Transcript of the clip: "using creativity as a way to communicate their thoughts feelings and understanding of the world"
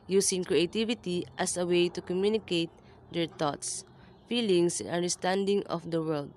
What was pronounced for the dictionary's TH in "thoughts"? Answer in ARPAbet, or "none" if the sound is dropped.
T